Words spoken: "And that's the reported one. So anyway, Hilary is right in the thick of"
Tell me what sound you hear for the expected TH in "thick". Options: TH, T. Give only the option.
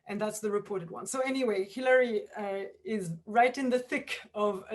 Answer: TH